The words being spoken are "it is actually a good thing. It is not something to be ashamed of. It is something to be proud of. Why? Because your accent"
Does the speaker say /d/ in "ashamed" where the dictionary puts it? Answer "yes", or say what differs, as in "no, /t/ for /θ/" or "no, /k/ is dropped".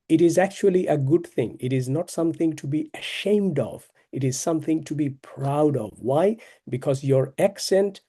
yes